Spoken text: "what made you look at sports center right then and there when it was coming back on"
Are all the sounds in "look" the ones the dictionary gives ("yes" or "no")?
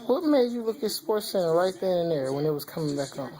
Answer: yes